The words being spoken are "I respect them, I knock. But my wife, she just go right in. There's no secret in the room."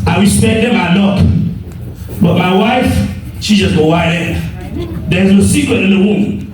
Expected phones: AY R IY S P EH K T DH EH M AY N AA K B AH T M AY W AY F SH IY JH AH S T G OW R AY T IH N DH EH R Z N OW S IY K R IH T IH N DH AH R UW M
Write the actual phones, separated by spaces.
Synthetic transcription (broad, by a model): AY W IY S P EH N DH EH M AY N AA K B AH T M AY W AY F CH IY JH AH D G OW W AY IH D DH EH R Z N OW S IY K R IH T IH N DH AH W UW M